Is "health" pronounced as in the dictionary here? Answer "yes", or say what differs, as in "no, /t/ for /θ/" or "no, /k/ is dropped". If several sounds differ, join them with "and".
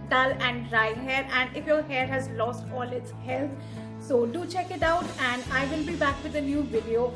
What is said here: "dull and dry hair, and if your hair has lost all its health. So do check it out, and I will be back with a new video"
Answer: no, /t/ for /θ/